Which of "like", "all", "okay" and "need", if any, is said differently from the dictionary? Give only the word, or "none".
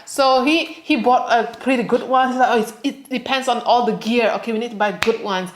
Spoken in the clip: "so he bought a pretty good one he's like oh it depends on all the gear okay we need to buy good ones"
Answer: like